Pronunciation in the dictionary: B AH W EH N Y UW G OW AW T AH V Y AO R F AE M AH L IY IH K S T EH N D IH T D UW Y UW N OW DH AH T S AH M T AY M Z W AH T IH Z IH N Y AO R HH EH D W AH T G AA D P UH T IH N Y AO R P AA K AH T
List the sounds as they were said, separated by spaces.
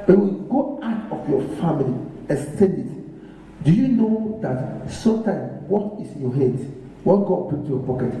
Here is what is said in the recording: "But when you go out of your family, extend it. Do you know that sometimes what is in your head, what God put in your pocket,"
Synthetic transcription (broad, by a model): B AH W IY G OW AW T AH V Y AO F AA M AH L IY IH S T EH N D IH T D UW Y UW N OW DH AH T S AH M T AY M S W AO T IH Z IH N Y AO HH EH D W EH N G AA D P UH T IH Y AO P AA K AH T